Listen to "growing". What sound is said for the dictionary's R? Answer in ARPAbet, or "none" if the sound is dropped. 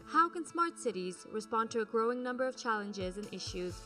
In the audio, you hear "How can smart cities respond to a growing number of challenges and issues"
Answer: R